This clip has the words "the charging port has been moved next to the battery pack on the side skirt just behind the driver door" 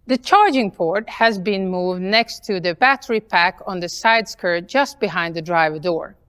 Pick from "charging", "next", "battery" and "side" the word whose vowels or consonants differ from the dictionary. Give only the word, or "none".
none